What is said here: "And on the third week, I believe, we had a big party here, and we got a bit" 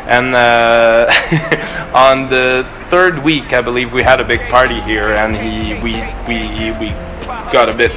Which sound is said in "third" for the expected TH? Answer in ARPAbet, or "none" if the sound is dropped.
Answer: TH